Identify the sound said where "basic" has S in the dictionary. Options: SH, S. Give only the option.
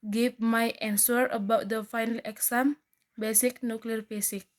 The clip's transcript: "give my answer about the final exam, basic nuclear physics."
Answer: S